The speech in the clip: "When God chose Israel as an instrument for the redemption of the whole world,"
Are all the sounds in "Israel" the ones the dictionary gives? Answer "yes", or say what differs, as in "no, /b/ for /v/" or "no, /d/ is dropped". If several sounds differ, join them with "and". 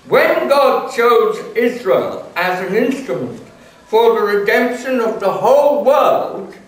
yes